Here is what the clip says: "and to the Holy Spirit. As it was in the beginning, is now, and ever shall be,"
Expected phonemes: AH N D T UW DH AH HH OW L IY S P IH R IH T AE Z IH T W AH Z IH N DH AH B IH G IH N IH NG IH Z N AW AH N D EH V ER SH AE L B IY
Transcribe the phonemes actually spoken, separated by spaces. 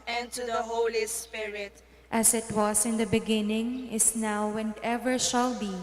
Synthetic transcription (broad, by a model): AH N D T UW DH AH HH OW L IY S P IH R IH T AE S IH T W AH S IH N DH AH B IH G IH N IH NG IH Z N AW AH N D EH V ER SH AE L B IY